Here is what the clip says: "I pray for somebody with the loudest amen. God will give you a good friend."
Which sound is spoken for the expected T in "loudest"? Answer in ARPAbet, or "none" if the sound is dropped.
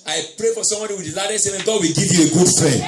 none